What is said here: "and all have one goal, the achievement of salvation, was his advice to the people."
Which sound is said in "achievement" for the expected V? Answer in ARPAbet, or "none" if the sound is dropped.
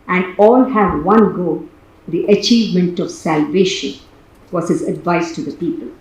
V